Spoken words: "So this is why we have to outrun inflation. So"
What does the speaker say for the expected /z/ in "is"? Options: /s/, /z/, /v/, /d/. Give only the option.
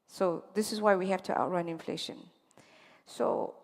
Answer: /s/